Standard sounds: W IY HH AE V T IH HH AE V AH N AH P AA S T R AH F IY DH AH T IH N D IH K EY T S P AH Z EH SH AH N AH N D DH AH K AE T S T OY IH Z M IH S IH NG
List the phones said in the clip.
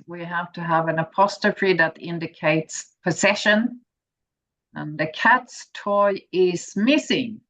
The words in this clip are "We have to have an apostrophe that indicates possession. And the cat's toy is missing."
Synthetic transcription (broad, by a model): W IY HH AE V T IH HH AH V AH N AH P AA S T AH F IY DH AH T IH N D IH K EY T S P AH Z EH SH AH N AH N DH AH K AE T S T OY IH Z M IH S IH NG